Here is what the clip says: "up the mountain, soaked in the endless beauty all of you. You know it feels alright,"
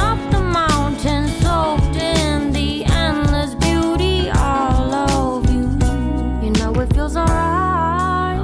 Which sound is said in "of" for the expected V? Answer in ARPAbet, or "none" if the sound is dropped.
V